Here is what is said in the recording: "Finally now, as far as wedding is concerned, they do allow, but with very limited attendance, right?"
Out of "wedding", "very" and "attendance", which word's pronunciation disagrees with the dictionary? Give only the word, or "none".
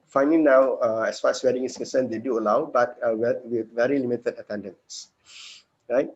none